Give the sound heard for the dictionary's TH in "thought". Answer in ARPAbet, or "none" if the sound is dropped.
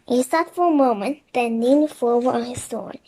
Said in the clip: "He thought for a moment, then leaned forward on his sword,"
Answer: S